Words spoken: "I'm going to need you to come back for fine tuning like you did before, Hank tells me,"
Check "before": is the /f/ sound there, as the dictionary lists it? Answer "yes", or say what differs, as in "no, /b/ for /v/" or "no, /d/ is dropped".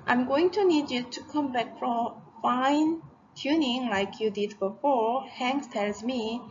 yes